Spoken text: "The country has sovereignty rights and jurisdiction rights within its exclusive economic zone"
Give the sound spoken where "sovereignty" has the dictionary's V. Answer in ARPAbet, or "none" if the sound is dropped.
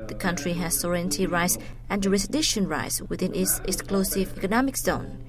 none